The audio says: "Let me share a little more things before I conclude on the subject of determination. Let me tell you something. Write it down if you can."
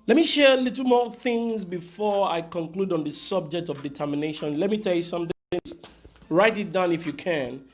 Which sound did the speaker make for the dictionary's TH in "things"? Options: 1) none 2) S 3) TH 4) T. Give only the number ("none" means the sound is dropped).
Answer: 3